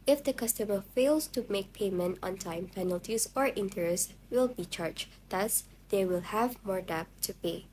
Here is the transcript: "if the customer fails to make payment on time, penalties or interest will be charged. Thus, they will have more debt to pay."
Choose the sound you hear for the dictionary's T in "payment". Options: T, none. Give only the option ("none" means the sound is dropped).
T